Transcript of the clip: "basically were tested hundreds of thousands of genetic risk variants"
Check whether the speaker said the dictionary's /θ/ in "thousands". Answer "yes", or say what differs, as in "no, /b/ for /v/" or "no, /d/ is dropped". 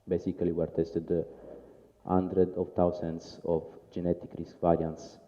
no, /t/ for /θ/